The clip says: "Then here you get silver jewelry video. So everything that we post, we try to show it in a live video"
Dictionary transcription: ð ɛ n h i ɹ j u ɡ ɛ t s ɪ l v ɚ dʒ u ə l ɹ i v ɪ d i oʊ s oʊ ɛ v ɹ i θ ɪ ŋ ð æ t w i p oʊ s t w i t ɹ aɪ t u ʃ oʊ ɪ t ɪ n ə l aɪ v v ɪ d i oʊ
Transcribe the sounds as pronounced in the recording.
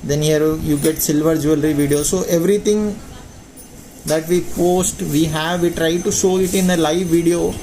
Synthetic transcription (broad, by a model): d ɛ n h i ɹ j u ɡ ɛ t s ɪ l v ɚ dʒ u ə l ɹ i v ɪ d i oʊ s oʊ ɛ v ɹ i t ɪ ŋ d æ t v i p oʊ s t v i t ɹ aɪ t u ʃ oʊ ɪ t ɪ n ə l aɪ v v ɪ d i oʊ